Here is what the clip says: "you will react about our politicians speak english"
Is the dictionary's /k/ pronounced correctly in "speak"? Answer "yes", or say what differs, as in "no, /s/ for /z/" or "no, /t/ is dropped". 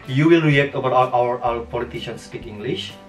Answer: yes